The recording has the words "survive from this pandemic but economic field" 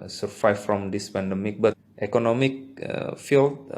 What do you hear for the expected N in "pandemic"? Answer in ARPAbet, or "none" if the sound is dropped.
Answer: N